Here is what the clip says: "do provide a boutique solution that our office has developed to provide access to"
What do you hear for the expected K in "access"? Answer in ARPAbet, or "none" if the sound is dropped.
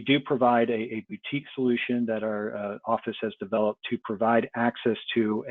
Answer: K